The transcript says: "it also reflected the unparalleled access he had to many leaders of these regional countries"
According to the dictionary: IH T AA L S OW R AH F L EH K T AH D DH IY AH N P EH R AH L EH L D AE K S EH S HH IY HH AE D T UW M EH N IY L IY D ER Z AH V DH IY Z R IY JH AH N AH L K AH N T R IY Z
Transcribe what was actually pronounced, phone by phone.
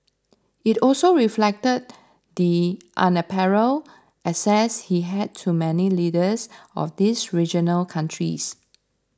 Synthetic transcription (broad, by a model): IH T AA L S OW R AH F L EH K T AH D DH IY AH N P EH R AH L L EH S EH S HH IY HH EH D T UW M EH N IY L IY D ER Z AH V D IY S R IY JH AH N AH L K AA N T R IY S